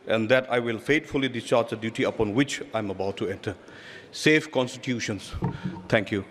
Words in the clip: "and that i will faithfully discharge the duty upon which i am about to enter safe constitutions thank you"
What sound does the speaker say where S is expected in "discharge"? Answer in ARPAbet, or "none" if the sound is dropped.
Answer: S